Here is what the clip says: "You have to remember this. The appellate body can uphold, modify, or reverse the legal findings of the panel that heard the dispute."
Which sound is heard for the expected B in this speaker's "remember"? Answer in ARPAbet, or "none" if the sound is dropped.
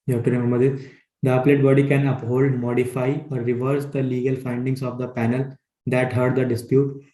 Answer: none